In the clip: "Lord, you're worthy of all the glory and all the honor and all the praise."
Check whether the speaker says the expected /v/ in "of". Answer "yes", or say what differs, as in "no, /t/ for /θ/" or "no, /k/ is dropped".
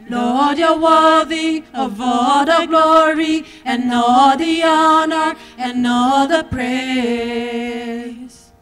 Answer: yes